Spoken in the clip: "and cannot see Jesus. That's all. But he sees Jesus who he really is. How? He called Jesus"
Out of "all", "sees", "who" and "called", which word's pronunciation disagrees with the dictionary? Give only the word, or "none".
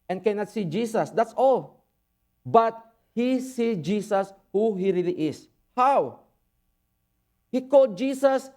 sees